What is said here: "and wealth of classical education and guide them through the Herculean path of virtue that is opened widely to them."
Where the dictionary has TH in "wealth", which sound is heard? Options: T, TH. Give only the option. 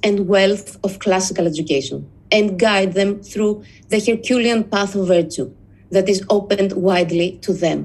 TH